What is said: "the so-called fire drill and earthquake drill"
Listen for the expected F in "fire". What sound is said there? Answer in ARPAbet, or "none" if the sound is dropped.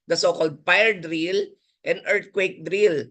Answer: P